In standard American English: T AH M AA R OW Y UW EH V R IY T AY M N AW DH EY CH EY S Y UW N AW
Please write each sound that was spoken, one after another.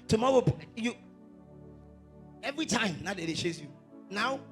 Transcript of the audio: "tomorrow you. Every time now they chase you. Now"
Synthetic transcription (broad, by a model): T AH M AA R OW Y UW EH V R IY T AY M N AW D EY SH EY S Y UW N AW